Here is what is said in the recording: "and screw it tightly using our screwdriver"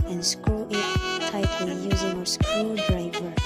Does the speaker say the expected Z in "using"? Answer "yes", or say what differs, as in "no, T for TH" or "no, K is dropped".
yes